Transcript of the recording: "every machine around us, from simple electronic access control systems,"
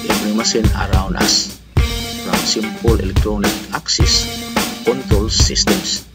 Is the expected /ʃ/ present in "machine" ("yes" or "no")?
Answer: no